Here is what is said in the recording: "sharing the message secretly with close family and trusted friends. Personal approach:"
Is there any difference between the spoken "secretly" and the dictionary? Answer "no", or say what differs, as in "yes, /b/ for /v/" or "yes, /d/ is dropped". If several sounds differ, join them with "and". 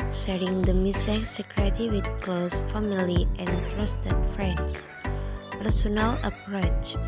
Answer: yes, /l/ is dropped